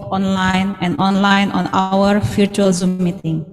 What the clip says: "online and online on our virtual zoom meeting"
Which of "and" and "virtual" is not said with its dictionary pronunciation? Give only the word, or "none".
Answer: virtual